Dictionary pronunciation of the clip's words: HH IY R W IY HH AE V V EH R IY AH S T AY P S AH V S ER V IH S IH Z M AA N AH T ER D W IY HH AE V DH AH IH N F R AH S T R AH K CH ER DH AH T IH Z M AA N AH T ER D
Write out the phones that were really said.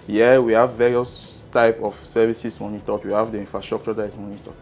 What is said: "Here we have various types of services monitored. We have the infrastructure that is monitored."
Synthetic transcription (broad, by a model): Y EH W IY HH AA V V EH R IY AH S T AY P AH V S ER V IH S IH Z M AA N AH T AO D W IY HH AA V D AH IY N F R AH S T R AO K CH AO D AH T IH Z M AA N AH T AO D